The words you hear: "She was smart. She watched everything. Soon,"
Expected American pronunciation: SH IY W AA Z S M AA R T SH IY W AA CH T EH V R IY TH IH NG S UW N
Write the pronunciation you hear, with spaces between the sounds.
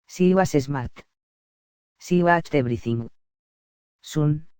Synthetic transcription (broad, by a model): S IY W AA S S M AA R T S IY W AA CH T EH B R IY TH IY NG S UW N